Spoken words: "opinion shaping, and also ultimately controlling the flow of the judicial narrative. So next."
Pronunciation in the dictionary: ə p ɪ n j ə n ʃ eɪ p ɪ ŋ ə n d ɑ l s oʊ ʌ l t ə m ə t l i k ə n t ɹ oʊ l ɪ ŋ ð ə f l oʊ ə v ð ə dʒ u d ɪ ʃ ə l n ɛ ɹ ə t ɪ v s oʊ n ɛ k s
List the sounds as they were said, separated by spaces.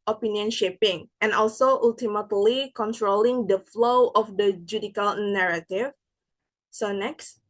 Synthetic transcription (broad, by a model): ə p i n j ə n ʃ eɪ p ɪ ŋ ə n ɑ l s oʊ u l t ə m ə t l i k ə n t ɹ oʊ l ɪ ŋ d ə f l oʊ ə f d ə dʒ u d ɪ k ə l n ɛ ɹ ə t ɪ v s oʊ n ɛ k s